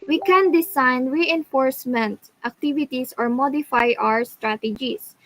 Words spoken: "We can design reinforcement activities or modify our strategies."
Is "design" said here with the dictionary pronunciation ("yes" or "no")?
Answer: no